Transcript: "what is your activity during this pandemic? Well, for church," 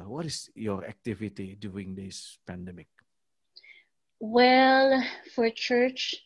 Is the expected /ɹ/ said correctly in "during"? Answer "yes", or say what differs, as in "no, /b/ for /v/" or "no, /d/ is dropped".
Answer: no, /ɹ/ is dropped